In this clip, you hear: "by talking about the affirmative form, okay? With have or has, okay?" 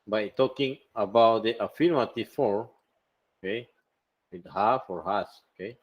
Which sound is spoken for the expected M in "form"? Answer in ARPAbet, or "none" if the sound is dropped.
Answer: none